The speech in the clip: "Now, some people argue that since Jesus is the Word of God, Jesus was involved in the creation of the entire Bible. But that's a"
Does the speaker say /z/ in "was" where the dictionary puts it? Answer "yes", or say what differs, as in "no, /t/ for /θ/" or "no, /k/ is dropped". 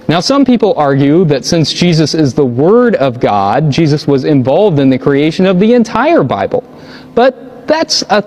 yes